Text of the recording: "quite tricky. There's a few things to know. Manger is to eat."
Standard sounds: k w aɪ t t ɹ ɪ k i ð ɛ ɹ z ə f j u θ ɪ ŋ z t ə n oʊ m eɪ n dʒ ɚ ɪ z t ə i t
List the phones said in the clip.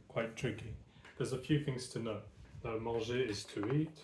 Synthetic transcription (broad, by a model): k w aɪ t t ɹ ɪ k i ð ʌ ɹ z ə f j u θ ɪ ŋ z t ə n oʊ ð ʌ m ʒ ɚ ɪ z t ə i t